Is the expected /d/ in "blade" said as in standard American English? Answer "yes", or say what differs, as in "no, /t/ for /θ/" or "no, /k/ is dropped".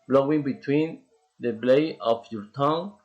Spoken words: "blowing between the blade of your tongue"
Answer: no, /d/ is dropped